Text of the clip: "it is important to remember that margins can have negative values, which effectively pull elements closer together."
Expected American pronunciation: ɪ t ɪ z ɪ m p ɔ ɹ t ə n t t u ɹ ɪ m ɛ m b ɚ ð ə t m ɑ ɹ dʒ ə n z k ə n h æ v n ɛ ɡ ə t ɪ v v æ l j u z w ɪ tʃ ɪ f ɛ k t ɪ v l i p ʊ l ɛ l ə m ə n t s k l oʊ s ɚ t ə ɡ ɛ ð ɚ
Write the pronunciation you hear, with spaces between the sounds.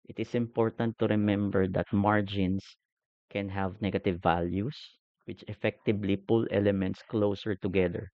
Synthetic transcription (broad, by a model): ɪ t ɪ s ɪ m p ɔ ɹ t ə n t t u ɹ ɪ m ɛ m b ɚ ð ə t m ɑ ɹ dʒ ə n s k ə n h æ v n ɛ ɡ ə t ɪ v v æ l j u s w ɪ tʃ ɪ f ɛ k t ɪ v l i p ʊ l ɛ l ə m ə n t s k l oʊ s ɚ t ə ɡ ɛ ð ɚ